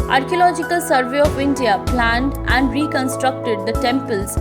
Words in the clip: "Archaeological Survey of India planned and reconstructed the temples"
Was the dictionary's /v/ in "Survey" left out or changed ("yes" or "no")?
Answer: no